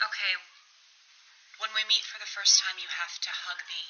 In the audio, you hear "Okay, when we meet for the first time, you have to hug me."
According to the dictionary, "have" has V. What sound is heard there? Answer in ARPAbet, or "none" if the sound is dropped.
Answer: F